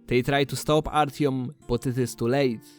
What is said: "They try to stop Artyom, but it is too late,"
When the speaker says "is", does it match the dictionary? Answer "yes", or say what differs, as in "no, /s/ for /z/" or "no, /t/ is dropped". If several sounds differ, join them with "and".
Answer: no, /s/ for /z/